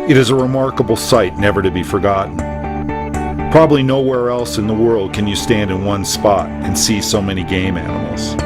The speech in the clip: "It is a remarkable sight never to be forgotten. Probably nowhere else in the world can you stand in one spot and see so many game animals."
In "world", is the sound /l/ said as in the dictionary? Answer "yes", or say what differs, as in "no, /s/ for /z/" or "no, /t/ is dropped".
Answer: yes